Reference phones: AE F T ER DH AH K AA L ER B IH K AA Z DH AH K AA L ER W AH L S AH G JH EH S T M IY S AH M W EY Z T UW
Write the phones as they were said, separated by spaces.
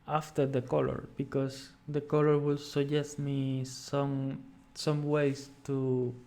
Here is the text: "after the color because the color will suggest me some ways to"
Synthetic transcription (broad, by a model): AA F T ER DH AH K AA L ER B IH K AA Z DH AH K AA L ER W AH L S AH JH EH S T M IY S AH M W EY S T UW